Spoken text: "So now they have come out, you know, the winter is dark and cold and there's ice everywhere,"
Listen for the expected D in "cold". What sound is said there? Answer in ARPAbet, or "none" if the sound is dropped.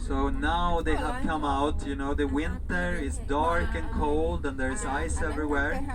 D